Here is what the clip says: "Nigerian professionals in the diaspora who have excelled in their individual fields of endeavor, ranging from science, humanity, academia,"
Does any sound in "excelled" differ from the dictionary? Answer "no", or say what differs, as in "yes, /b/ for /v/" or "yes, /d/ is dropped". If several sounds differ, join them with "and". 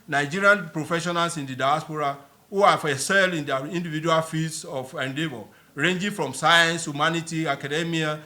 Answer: yes, /k/ is dropped